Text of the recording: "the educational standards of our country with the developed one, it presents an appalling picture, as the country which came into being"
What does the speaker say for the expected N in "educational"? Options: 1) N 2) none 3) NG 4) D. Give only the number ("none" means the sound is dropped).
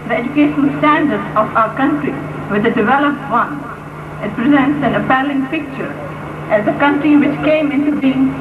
2